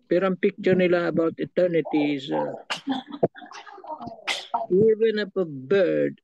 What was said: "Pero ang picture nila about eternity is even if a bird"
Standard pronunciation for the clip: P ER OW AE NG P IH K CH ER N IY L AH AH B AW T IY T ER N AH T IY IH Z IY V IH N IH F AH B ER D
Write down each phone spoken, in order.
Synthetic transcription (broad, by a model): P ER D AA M P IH K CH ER N IY L AH AH B AW T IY T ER N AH T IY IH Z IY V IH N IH P AH B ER D